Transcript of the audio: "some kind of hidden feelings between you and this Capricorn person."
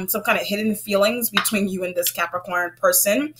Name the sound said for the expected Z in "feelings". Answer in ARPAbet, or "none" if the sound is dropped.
Z